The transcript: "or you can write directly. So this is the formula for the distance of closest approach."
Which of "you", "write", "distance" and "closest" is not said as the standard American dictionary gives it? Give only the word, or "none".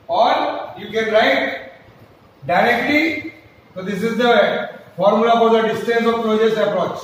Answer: closest